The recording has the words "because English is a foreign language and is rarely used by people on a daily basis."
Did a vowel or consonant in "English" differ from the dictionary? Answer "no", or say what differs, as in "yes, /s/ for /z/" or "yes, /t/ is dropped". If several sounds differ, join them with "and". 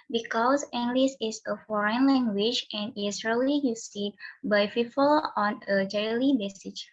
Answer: yes, /s/ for /ʃ/